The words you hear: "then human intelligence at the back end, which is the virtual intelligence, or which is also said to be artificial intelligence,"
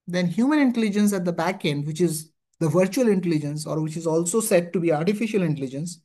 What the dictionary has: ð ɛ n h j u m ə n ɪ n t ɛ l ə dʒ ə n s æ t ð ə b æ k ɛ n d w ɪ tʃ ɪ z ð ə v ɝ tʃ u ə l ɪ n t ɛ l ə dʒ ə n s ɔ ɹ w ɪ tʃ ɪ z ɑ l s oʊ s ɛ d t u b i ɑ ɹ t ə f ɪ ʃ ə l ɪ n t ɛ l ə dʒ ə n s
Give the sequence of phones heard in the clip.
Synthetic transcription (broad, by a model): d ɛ n h j u m ə n ɪ n t ɛ l ə dʒ ə n s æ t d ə b æ k ɛ n d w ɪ tʃ ɪ z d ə v ɝ tʃ u ə l ɪ n t ɛ l ə dʒ ə n s ɔ ɹ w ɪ tʃ ɪ z ɑ l s oʊ s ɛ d t u b i ɑ ɹ t ə f ɪ ʃ ə l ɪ n t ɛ l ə dʒ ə n s